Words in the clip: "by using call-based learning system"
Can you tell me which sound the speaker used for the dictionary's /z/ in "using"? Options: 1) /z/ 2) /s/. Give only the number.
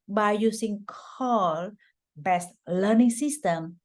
2